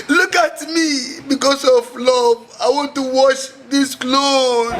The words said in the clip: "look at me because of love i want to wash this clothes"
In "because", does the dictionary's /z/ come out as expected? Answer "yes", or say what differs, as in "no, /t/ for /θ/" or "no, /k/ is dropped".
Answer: no, /s/ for /z/